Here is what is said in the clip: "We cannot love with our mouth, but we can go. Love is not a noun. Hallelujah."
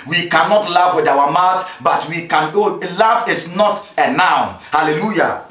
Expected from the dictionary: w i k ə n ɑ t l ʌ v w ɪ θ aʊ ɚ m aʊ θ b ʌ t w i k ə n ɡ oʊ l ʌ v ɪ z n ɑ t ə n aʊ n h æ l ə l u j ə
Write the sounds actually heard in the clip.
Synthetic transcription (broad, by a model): w i k ə n ɑ t l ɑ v w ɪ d aʊ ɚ m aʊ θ b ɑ t w i k ə n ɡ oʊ l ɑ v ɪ s n ɑ t ə n aʊ n h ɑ l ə l u j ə